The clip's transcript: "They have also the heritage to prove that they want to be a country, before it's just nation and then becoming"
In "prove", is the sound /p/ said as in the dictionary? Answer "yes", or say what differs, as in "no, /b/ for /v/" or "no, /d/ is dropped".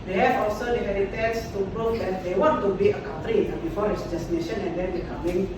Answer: no, /b/ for /p/